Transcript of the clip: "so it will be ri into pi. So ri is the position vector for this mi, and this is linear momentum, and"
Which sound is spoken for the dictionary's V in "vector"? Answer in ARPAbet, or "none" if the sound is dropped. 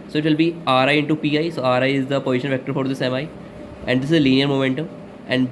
V